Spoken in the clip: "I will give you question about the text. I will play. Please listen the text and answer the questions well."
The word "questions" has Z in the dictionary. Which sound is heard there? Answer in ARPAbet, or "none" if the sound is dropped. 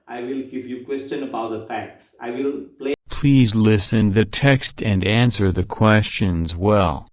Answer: Z